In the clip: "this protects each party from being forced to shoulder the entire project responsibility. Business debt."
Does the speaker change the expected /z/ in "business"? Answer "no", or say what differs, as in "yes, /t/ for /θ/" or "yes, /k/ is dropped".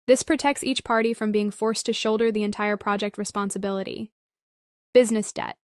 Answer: no